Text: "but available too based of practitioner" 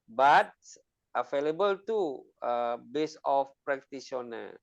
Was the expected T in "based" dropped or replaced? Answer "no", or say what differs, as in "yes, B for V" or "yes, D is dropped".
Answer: yes, T is dropped